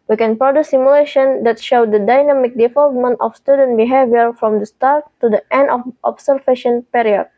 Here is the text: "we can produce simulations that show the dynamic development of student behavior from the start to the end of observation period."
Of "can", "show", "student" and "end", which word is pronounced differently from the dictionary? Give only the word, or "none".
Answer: none